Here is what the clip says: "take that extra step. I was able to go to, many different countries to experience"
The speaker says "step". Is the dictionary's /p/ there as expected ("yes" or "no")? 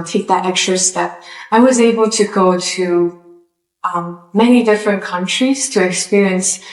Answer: yes